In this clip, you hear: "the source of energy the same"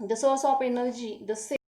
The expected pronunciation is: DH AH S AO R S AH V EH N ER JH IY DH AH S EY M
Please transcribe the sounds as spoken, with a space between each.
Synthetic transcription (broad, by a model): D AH S AO R S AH P EH N ER JH IY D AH S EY